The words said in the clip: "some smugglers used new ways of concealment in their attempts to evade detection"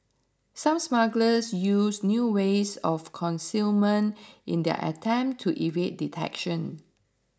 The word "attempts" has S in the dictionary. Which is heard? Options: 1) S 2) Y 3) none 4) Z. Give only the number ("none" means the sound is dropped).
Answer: 3